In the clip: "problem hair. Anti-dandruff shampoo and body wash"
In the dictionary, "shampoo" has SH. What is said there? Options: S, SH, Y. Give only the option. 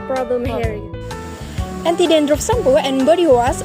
S